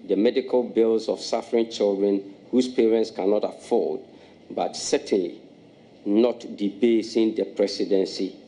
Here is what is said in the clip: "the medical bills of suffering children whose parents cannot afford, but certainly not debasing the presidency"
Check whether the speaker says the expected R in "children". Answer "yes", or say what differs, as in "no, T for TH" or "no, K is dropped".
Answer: yes